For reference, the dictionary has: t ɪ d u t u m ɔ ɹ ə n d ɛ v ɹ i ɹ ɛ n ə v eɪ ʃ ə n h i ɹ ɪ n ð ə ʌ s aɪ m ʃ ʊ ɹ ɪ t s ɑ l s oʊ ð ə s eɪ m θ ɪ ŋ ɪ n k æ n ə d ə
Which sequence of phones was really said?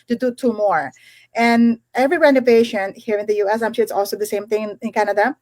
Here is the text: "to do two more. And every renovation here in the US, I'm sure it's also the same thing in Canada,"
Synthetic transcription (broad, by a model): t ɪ d u t u m ɔ ɹ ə n ɛ v ɹ i ɹ ɛ n ə v eɪ ʃ ə n h i ɹ ɪ n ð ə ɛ s aɪ m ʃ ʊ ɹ ɪ t s ɑ l s oʊ ð ə s eɪ m θ ɪ ŋ ɪ n k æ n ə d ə